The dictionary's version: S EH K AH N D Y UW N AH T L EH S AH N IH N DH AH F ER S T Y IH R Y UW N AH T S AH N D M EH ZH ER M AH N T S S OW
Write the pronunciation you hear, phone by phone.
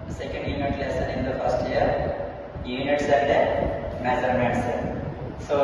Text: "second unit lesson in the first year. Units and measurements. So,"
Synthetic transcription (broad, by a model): S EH K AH N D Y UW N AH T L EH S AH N IH N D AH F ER S T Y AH R Y UW N AH T S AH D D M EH Z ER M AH T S S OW